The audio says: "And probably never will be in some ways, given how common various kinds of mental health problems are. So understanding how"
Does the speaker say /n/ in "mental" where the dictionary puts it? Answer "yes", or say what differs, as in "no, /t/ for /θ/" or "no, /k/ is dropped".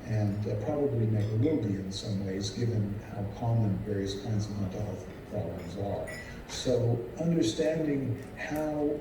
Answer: no, /n/ is dropped